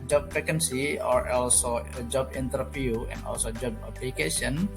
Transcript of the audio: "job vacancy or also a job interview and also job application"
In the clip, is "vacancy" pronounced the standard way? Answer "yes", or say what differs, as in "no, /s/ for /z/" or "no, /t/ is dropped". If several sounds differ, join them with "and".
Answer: no, /f/ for /v/